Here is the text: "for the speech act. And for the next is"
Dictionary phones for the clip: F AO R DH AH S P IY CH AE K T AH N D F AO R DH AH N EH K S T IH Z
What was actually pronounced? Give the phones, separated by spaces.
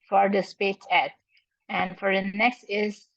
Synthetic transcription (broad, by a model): F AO R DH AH S P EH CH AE T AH N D F AO R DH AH N EH K S T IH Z